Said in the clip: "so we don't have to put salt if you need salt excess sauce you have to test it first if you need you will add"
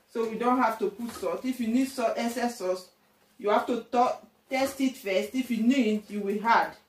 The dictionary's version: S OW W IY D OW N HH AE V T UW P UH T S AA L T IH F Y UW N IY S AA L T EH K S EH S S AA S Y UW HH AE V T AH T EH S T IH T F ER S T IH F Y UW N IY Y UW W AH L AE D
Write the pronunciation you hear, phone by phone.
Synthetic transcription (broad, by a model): S OW W IY D OW N HH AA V T UW P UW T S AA T IH F Y UW N IY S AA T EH S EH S S AA S Y UW HH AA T T AH T EH S T IH T F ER S T IH F Y UW N IY Y UW W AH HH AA D